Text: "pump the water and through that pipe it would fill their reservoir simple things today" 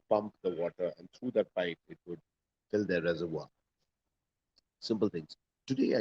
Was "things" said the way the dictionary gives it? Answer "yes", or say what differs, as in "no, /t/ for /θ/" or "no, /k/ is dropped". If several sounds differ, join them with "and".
no, /t/ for /θ/